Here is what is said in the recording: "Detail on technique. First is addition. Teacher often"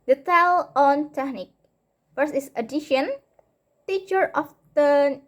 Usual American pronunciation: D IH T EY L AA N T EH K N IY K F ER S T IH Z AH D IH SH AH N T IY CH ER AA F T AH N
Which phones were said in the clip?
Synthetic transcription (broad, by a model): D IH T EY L AA N T EH K N IY K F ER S IH S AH D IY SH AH N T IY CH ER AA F T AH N